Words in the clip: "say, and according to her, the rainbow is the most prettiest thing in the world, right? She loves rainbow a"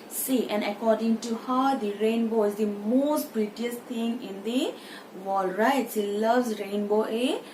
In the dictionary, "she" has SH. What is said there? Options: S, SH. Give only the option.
S